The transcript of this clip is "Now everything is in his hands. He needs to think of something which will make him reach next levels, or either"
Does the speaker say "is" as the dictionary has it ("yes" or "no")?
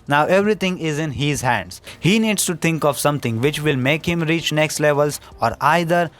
yes